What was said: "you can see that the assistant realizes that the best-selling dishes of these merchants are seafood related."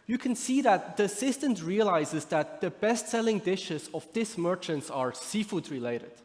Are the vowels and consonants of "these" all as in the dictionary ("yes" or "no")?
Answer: no